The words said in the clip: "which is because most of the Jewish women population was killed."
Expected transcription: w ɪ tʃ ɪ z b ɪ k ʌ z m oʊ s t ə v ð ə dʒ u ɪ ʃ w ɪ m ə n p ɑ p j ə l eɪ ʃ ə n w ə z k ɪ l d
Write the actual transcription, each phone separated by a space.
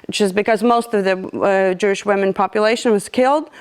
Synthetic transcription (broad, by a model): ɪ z b ɪ k ʌ z m oʊ s t ə v ð ə dʒ u ɪ ʃ w ɪ m ə n p ɑ p j ə l eɪ ʃ ə n w ə z k ɪ l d